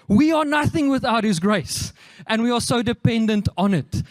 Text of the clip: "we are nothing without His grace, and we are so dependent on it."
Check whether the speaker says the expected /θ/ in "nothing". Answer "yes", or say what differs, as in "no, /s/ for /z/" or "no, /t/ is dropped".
yes